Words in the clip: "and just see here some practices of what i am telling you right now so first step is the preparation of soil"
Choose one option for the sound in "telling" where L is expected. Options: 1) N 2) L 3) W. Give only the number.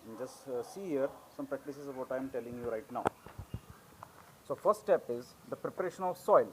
2